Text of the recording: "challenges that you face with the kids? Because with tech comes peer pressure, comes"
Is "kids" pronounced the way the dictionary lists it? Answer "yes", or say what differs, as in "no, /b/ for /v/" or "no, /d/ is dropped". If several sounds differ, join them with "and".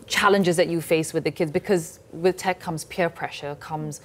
yes